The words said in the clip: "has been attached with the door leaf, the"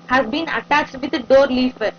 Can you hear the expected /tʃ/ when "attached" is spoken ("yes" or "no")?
yes